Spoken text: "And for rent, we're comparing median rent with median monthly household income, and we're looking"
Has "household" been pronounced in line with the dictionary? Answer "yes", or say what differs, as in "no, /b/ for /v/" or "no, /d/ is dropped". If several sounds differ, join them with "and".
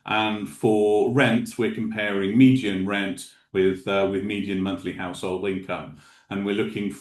yes